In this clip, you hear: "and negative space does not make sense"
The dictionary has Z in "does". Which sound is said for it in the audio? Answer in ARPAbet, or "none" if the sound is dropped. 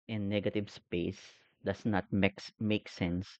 S